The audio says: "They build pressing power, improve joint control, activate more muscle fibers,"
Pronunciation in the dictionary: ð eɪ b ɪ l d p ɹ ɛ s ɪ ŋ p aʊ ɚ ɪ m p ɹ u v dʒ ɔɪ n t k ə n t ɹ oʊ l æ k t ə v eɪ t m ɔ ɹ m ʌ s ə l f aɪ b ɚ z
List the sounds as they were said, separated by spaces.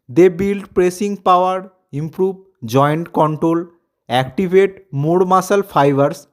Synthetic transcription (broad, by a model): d eɪ b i l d p ɹ ɛ s ɪ ŋ p aʊ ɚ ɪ m p ɹ u b dʒ ɔɪ n t k ə n t ɹ oʊ l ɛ k t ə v eɪ t m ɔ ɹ m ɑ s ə l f aɪ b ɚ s